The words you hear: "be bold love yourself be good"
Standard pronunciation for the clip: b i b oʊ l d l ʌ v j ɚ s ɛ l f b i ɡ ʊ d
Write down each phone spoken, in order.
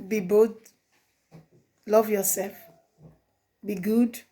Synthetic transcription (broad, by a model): b i b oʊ d l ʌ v j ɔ s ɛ l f b i ɡ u d